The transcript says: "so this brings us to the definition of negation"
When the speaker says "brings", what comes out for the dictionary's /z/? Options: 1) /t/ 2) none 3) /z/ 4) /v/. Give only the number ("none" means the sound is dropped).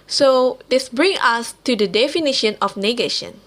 2